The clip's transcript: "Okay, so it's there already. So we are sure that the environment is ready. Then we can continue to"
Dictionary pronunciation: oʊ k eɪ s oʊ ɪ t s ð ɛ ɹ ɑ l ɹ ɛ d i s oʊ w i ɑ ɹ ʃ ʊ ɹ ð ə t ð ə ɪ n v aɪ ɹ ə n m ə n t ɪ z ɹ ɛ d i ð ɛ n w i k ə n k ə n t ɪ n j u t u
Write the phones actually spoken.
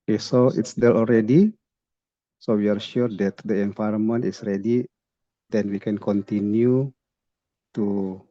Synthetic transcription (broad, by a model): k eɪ s oʊ ɪ t s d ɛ l ɑ l ɹ ɛ d i s oʊ w i ɑ ɹ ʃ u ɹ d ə t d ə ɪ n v aɪ ɹ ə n m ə n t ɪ s ɹ ɛ d i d ɛ n w i k ə n k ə n t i n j u t u